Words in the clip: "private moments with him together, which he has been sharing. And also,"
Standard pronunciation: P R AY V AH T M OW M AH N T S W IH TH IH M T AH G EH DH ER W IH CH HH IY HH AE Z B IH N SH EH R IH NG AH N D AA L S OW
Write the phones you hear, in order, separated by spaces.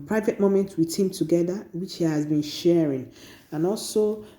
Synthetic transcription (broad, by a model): P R AY V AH T M OW M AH N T W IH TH IH M T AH G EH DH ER W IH CH HH IY HH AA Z B IH N SH EH R IH NG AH N AA L S OW